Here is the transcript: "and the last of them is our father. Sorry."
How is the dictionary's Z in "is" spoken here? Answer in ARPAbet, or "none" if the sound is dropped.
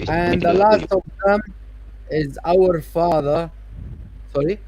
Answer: Z